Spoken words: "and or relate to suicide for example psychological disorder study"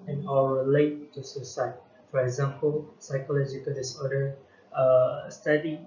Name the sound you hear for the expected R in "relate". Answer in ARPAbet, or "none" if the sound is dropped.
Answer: L